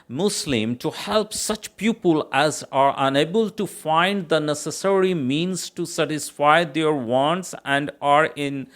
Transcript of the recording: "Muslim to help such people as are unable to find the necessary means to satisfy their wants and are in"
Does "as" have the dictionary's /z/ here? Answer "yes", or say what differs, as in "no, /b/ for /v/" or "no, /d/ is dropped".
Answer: yes